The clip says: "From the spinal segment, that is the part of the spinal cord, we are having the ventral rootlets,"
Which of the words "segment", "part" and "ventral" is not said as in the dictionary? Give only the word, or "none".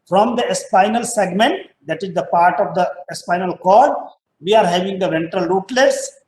none